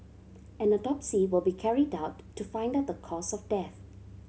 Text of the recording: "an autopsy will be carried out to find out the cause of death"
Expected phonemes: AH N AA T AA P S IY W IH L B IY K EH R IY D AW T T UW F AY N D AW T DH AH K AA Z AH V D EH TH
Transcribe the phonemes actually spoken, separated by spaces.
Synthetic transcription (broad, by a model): AH N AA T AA P S IY W IH L B IY K EH R IY D AW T T UW F AY N D AW T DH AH K AA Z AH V D EH TH